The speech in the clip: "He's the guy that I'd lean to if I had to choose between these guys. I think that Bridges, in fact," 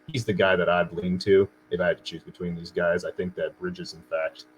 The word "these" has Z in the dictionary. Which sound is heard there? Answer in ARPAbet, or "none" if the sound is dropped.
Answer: Z